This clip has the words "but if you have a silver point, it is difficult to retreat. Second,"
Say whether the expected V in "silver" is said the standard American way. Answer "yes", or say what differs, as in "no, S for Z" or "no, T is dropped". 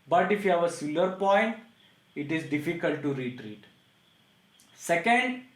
no, V is dropped